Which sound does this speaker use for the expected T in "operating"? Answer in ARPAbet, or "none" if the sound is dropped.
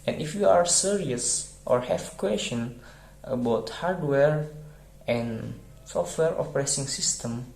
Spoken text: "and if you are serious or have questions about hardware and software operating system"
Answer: S